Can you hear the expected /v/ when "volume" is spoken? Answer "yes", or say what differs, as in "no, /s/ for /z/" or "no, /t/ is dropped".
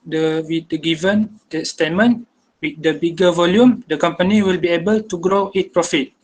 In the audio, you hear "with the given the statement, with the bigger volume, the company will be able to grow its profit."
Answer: yes